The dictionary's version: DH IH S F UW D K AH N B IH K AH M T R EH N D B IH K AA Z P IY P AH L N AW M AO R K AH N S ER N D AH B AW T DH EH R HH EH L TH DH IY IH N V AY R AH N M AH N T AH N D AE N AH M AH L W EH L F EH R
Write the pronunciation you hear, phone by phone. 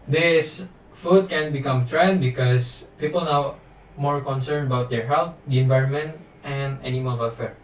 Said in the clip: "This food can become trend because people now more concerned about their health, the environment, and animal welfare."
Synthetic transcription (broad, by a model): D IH S F UW D K AH N B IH K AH M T R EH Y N B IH K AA S P IY P AH L N AW M AO R K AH N S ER N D AH B AW T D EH R HH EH L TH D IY IH N V AY R AH N M AH N T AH N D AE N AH M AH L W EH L F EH R